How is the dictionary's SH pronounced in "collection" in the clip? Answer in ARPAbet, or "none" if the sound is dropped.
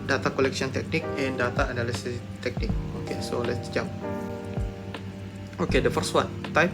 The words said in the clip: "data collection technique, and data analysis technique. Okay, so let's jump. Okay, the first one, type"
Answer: S